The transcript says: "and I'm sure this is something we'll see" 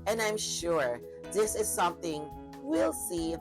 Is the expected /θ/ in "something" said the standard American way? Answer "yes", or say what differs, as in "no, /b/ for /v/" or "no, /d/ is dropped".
yes